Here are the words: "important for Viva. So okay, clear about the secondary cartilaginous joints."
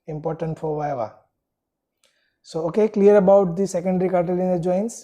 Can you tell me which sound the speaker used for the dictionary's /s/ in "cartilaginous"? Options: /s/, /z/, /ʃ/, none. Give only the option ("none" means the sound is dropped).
none